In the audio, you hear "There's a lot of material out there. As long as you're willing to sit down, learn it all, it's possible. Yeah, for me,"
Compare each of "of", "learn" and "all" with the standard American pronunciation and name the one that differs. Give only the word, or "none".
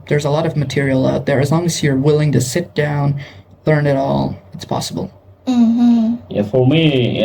none